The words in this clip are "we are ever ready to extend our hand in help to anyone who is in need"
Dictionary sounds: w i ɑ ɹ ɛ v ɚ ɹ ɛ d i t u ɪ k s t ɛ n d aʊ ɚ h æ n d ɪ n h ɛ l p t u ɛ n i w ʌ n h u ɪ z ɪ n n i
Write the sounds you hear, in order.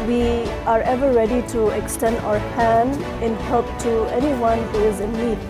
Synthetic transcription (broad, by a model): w i ɑ ɹ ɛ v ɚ ɹ ɛ d i t u ɪ k s t ɛ n d aʊ ɚ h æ n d ɪ n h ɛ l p t u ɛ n i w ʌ n h u ɪ z ɪ n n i